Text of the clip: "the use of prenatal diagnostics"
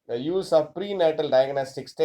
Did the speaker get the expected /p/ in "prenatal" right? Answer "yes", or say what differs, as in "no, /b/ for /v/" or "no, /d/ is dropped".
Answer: yes